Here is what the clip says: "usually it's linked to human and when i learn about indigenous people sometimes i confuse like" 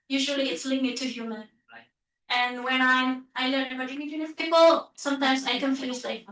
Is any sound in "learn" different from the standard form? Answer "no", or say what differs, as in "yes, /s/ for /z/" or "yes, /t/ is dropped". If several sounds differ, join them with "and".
yes, /n/ is dropped